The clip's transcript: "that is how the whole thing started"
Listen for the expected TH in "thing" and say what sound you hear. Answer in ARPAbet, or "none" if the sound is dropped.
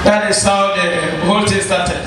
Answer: T